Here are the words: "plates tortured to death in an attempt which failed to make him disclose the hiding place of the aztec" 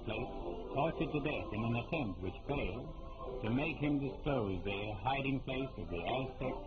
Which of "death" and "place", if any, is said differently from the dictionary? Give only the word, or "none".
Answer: none